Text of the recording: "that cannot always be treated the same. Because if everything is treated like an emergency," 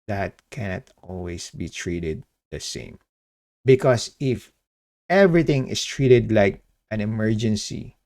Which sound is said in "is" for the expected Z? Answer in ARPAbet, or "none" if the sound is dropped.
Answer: S